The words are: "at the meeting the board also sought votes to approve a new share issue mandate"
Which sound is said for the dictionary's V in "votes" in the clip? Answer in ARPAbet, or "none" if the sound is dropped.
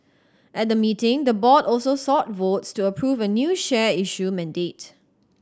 V